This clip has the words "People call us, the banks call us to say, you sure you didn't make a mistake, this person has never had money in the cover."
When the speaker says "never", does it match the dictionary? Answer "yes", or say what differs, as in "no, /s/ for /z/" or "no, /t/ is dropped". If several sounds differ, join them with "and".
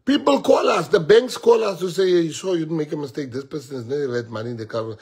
no, /v/ is dropped